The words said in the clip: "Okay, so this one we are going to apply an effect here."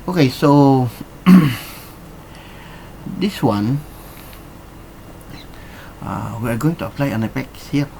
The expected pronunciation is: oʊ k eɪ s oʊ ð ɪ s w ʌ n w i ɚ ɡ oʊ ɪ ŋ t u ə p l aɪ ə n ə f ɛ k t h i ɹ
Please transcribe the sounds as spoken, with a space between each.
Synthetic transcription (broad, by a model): oʊ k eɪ s oʊ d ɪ s w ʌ n w i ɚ ɡ oʊ ɪ ŋ t u ə p l aɪ ə n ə p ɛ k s h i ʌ